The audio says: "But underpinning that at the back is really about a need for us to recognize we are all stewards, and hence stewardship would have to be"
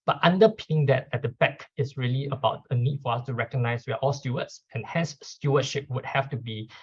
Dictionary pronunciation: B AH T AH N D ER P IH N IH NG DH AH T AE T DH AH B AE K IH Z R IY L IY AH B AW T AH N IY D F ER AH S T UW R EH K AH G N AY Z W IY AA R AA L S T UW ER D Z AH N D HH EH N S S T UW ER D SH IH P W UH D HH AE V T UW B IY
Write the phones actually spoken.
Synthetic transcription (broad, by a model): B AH T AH N D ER P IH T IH NG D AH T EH T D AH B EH K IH S R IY L IY AH B AW T AH N IY D F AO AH S T UW R EH K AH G N AY S W IY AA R AA L S T UW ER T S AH N HH EH N S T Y UW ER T SH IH P W UH D HH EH F T UW B IY